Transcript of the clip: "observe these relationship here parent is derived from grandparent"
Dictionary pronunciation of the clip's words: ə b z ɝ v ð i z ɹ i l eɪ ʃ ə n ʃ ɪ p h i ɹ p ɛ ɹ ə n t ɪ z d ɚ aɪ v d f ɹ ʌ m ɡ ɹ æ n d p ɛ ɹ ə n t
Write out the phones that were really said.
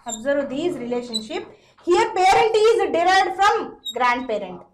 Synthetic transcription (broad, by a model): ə b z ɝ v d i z ɹ i l eɪ ʃ ə n ʃ ɪ p h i ɹ p ɛ ɹ ə n t ɪ z d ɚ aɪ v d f ɹ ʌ m ɡ ɹ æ n d p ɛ ɹ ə n t